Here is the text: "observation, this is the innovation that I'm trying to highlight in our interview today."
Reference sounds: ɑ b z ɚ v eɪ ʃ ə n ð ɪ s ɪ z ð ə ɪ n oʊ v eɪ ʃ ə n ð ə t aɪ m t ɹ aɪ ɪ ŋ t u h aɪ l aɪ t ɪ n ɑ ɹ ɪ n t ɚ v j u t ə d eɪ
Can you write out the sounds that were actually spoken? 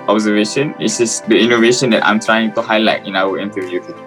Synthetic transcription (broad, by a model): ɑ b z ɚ v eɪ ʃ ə n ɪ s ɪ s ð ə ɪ n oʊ v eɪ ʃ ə n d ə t aɪ m t ɹ aɪ ɪ ŋ t u h aɪ l aɪ t ɪ n ɑ w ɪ n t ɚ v j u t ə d